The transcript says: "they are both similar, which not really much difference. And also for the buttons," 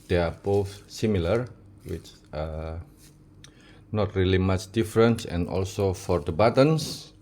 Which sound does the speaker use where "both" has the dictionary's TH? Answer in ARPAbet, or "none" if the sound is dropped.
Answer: F